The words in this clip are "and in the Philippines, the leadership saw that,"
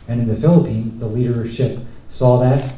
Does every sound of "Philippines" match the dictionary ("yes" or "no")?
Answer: yes